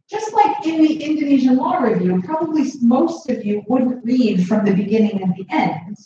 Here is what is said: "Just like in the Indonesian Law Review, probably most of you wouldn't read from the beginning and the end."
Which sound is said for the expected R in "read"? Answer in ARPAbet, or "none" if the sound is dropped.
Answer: L